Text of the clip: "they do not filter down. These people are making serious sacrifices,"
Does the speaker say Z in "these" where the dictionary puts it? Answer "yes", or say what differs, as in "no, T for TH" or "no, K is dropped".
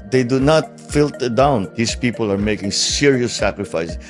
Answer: no, S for Z